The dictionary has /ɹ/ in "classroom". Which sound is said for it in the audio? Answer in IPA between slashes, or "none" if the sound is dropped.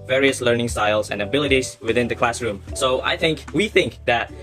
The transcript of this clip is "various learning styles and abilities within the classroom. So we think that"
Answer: /ɹ/